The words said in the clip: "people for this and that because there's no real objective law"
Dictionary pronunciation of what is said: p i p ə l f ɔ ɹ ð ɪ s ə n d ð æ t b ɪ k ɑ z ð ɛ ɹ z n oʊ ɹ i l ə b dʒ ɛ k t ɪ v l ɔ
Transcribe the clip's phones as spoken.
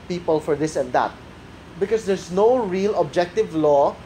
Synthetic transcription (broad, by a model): p i p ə l f ɔ ɹ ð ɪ s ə n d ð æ t b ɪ k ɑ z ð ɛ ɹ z n oʊ ɹ i l ə b dʒ ɛ k t ɪ v l ɔ